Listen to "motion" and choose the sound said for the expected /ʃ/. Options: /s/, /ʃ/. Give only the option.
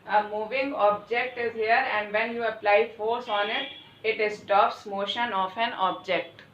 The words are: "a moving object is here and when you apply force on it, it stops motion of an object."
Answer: /ʃ/